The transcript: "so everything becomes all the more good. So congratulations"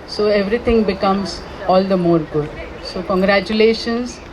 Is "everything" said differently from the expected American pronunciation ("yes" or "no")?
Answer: yes